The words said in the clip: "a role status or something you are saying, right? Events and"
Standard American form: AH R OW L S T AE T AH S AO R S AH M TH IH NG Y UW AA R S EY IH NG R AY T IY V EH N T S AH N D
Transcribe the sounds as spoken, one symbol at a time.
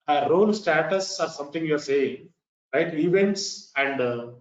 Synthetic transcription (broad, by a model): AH R OW L S T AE T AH S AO R S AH M T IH NG Y UW AA R S EY IH NG R AY T IY V EH N T S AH N D